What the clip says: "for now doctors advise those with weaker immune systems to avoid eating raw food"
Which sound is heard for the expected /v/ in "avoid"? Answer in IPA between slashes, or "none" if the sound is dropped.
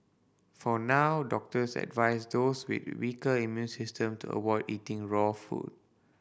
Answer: /w/